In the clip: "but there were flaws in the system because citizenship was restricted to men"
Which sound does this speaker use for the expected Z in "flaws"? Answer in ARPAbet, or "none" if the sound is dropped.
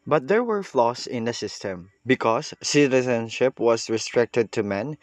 S